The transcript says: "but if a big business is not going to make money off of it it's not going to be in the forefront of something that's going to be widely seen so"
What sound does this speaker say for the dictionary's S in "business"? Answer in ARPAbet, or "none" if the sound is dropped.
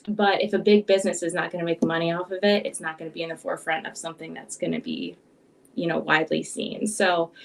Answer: S